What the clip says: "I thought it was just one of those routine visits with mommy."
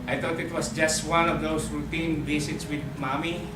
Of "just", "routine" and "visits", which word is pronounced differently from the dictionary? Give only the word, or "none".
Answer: visits